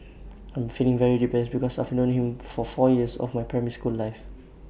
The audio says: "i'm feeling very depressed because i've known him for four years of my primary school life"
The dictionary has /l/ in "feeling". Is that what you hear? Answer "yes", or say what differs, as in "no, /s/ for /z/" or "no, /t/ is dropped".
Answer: yes